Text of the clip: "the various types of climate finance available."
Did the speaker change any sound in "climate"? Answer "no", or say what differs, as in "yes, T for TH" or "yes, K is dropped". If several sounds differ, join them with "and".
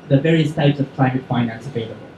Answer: no